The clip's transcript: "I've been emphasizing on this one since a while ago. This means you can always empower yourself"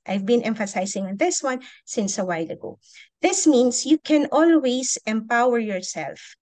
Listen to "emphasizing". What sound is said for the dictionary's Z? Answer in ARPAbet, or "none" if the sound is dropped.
S